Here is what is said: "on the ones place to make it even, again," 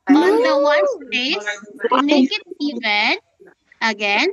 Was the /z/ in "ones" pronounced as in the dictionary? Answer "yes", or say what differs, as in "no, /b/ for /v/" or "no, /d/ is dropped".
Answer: no, /z/ is dropped